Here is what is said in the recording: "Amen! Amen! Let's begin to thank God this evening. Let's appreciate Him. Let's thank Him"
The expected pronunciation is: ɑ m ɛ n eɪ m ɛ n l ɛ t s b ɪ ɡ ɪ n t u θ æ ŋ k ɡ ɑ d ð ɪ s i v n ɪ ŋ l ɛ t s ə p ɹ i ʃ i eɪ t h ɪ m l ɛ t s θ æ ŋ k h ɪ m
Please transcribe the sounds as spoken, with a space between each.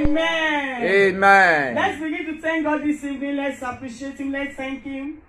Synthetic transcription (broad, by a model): m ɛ n eɪ m ɛ n l ɛ t s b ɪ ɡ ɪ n t u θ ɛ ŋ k ɡ ɑ d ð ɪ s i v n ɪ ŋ l ɛ t s ə p ɹ i ʃ i eɪ t h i m l ɛ t s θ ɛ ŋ k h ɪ m